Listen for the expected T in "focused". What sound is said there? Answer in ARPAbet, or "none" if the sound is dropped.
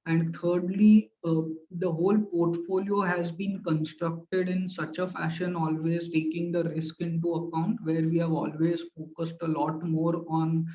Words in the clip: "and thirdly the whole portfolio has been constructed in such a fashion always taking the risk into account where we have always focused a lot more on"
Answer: T